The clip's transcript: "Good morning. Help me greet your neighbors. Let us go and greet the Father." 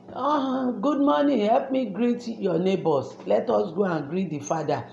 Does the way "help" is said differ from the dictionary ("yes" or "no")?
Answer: no